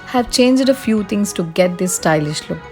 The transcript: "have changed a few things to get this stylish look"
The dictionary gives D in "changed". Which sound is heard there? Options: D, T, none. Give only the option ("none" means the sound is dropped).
D